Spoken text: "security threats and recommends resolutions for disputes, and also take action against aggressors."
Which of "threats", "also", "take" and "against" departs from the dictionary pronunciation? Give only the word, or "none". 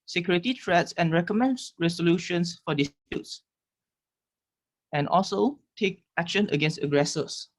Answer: threats